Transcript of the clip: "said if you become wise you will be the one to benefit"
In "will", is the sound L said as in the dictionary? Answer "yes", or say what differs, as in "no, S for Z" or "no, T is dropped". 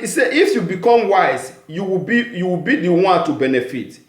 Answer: no, W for L